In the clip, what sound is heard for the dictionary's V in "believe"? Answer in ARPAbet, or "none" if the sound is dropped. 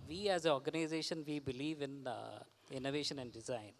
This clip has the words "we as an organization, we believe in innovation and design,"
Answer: V